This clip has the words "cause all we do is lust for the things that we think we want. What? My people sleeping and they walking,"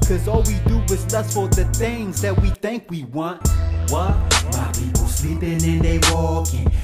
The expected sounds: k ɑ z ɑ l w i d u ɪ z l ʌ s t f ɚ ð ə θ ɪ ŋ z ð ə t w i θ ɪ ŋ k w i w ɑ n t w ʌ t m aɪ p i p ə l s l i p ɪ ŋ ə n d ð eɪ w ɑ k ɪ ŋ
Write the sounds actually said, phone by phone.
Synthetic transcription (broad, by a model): k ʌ z ɑ l w i d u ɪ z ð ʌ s f ɚ ð ə θ ɪ ŋ z ð ə t w i θ ɪ ŋ k w i w ɑ n t w ʌ t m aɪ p i p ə l s l i p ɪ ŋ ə n ð eɪ w ɑ k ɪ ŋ